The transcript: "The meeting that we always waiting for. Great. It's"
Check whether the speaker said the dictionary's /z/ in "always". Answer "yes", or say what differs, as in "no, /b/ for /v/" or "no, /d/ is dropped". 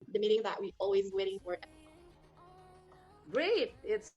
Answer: yes